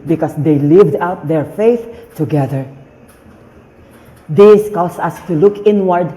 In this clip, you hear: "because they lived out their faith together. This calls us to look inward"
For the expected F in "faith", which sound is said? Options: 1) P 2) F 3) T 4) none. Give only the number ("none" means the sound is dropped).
2